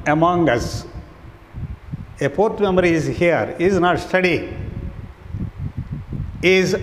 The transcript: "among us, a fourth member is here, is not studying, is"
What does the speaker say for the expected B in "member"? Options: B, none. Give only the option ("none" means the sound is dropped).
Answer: none